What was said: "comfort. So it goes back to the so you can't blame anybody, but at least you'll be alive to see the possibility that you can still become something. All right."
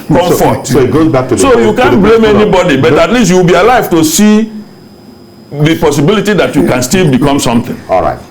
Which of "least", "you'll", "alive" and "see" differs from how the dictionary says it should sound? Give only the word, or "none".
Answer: you'll